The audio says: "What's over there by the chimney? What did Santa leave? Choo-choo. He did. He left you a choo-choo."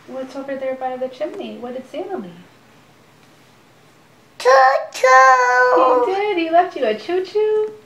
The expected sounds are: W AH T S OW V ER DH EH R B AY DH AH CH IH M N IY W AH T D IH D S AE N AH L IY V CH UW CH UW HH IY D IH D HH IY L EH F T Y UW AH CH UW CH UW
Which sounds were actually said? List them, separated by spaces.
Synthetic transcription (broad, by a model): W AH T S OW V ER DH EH R B AY DH AH CH IH M N IY W AH T D IH D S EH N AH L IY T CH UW CH UW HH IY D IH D HH IY L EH F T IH AH CH UW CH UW